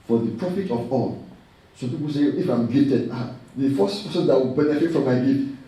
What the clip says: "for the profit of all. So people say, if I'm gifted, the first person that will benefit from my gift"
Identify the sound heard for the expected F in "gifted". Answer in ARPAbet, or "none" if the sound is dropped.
none